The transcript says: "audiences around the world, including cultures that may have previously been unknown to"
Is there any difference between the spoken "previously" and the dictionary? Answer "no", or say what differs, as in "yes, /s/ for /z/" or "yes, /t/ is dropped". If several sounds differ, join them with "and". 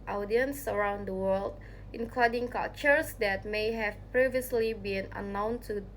no